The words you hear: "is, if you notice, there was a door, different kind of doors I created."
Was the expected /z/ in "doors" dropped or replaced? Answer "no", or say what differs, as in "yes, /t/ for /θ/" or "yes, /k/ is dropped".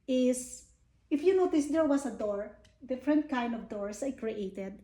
yes, /s/ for /z/